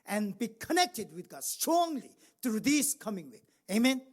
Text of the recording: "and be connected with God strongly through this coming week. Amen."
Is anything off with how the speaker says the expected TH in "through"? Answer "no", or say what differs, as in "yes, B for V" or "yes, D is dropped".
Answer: yes, T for TH